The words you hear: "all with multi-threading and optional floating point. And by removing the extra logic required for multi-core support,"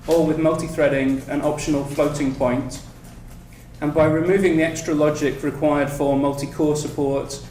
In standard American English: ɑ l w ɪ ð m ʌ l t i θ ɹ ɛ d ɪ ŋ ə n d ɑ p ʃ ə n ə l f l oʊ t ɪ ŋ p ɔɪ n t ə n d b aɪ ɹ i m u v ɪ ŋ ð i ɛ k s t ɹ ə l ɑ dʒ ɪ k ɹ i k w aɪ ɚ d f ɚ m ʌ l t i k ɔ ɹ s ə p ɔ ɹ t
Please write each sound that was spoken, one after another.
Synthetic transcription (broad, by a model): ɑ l w ɪ ð m ʌ l t i θ ɹ ɛ d ɪ ŋ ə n ɑ p ʃ ə n ə l f l oʊ t ɪ ŋ p ɔɪ n t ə n b aɪ ɹ i m u v ɪ ŋ ð i ɛ k s t ɹ ə l ɑ dʒ ɪ k ɹ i k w aɪ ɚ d f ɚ m ʌ l t i k ɔ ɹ s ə p ɔ ɹ t